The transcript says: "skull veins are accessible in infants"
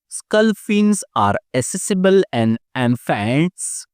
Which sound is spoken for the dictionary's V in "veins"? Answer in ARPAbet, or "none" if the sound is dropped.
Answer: F